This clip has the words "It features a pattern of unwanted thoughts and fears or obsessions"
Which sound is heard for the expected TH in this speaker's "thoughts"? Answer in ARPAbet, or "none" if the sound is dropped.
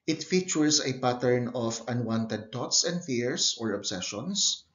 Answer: T